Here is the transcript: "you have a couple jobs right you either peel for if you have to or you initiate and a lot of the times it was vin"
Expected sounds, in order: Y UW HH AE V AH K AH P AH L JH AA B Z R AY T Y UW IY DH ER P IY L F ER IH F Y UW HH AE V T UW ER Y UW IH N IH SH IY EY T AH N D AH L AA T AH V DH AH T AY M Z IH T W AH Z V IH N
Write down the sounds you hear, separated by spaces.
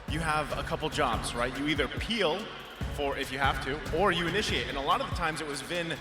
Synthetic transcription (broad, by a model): Y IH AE V AH K AH P L JH AA B Z R AY T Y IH IY DH ER P IY L F ER IH F Y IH HH AE F T UW ER Y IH IH N IH SH IY EY T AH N AH L AA T AH V DH AH T AY M Z IH T W AH Z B IH N